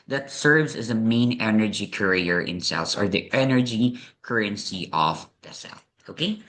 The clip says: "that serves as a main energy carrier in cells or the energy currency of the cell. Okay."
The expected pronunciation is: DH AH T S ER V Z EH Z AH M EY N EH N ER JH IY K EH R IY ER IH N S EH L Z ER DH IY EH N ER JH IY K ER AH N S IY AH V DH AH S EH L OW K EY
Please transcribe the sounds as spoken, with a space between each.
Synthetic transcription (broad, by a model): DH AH T S ER V Z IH Z AH M EY N EH N ER JH IY K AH R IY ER IH N S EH L S ER DH IY EH N ER JH IY K ER AH N S IY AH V DH AH S EH L OW K EY